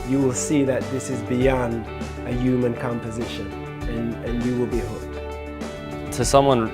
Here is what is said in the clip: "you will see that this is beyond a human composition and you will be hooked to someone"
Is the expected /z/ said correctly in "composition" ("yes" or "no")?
yes